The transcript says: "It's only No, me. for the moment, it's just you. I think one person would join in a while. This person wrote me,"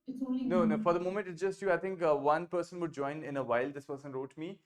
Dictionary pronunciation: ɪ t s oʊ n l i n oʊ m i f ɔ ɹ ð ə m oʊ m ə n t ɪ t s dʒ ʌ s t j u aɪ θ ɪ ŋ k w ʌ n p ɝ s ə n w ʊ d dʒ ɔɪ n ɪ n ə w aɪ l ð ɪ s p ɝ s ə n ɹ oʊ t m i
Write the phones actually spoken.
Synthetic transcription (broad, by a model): n i n oʊ f ɔ ɹ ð ə m oʊ m ə n t ɪ t s dʒ ʌ s t j u aɪ t ɪ ŋ k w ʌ n p ɝ s ə n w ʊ d dʒ ɔɪ n ɪ n ə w aɪ l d ɪ s p ɝ s ə n ɹ oʊ t m i